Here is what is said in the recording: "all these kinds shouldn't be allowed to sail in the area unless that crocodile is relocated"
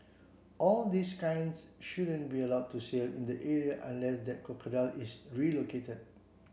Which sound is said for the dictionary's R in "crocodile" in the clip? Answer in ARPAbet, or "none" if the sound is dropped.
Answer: none